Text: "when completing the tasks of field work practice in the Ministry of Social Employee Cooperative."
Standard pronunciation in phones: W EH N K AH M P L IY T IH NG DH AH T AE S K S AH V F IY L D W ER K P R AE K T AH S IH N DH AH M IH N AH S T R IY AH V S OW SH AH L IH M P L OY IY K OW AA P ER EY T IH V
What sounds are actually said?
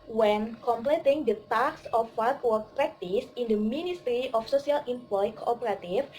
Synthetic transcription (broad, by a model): W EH N K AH M P L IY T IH NG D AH T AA K S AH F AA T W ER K P R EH K T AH S IH N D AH M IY N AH S T R IY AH F S OW S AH L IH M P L OY K OW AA P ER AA T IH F